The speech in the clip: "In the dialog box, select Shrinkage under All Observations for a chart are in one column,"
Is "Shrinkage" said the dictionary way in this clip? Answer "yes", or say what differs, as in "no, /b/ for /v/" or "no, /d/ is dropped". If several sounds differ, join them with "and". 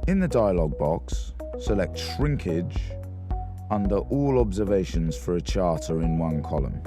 yes